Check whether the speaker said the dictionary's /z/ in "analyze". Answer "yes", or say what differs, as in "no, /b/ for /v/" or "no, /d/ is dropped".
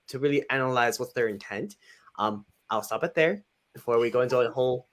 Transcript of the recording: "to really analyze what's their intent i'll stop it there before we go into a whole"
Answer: yes